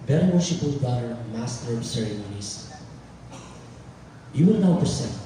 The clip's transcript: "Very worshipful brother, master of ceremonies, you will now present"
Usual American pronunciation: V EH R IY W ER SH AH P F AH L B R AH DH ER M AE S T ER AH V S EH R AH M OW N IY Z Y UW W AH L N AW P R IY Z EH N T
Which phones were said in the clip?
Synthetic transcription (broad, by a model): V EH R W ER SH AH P AH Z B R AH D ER M AE S T ER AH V S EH R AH M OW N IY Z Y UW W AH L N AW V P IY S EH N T